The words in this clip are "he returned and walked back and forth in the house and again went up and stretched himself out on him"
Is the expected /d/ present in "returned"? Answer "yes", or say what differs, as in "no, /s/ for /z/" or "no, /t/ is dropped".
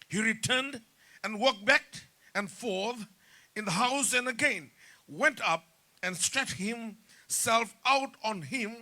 yes